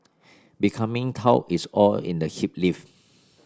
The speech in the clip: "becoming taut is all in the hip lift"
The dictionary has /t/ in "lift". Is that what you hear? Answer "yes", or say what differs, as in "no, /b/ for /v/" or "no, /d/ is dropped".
no, /t/ is dropped